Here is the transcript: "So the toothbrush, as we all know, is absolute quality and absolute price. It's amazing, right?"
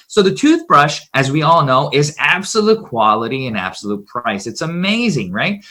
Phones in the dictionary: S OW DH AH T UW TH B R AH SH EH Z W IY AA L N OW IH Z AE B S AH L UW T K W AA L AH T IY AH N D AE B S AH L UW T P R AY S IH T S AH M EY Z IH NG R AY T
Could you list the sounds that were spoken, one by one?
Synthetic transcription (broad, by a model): S OW DH AH T UW TH B R AH SH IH Z W IY AA L N OW IH Z AE B S AH L UW T K W AA L AH T IY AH N AE B S AH L UW T P R AY S IH T S AH M EY Z IH NG R AY T